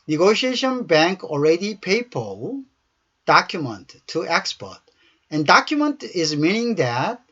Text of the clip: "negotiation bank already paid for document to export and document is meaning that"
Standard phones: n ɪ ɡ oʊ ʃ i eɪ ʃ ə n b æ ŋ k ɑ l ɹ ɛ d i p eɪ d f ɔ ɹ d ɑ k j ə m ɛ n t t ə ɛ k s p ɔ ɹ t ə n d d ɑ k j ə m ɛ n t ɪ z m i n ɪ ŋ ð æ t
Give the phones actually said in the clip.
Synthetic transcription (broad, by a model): n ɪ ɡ oʊ ʃ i eɪ ʃ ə n b æ ŋ k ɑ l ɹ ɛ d i p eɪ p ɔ l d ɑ k j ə m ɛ n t t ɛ k s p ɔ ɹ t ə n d d ɑ k j ə m ɛ n t ɪ z m i n ɪ ŋ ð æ t